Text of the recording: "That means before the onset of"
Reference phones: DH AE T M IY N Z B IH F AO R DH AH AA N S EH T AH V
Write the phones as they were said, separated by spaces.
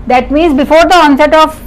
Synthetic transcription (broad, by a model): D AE T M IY Z B IH F AO R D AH AA N S EH T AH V